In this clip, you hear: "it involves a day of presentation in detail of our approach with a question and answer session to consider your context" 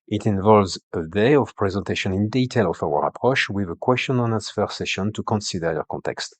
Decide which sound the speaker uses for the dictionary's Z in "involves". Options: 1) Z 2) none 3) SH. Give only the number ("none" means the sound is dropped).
1